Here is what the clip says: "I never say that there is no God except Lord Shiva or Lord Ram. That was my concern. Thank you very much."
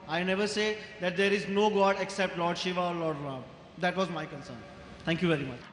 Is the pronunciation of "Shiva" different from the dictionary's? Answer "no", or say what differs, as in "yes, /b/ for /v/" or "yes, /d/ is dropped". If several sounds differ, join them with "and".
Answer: no